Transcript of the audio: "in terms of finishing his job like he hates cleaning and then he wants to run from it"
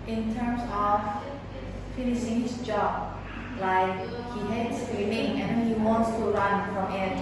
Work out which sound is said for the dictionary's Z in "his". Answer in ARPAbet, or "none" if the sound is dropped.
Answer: S